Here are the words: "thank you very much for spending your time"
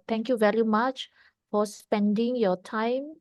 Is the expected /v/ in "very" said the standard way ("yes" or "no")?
yes